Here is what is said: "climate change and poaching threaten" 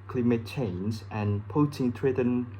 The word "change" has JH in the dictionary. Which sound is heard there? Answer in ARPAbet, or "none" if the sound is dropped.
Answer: Z